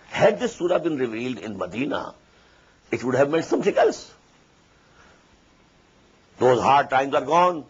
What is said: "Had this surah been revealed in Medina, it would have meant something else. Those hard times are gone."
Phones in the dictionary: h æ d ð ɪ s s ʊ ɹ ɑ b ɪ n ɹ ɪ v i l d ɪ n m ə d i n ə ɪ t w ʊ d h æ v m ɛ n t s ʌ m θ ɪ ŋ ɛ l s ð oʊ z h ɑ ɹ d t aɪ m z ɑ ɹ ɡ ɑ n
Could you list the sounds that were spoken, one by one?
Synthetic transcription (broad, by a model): h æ d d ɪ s s ʊ ɹ ɑ b ɪ n ɹ ɪ v i l d ɪ n m ə d i n ə ɪ t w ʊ d h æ v m ɛ n t s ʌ m t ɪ ŋ ɛ l s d oʊ z h ɑ ɹ d t aɪ m z ɑ ɹ ɡ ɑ n